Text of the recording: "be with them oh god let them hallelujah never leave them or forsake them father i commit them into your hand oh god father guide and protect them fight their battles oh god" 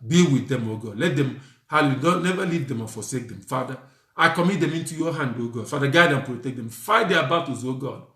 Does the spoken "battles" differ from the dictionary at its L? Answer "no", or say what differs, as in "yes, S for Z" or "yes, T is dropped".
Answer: yes, L is dropped